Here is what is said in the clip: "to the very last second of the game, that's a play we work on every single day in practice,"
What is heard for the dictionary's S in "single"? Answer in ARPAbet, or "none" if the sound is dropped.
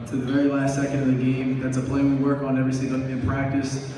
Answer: TH